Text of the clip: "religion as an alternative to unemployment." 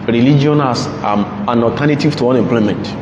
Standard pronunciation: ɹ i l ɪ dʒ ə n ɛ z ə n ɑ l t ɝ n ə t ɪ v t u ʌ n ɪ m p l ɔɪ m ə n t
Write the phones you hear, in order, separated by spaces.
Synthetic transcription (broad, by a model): ɹ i l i dʒ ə n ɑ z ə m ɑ n t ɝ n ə t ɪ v t u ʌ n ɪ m p l ɔɪ m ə n t